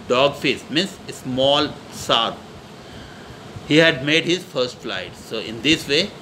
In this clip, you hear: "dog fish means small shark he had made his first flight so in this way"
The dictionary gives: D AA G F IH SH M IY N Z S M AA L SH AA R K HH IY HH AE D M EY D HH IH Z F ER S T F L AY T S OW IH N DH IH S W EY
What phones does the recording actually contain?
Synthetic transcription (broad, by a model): D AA G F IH S M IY N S S M AA L S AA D HH IY HH AE D M EY D HH IH Z F ER S T F L AY T S OW IH N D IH S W EY